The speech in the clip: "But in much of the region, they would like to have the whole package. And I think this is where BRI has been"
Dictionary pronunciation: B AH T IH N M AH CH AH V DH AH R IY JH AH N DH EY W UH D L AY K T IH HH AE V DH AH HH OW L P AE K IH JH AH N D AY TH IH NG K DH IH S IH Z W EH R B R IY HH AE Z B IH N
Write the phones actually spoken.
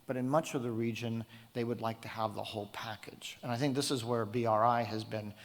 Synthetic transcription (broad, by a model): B AH T IH N M AH CH AH V DH AH R IY JH AH N DH EY W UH D L AY K T IH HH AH V DH AH HH OW L P AE K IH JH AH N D AY TH IH NG K DH IH S IH Z W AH R B R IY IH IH Z B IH N